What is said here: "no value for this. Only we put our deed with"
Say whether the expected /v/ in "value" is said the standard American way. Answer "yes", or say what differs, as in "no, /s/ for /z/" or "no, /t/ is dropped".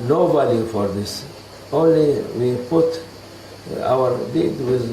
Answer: no, /b/ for /v/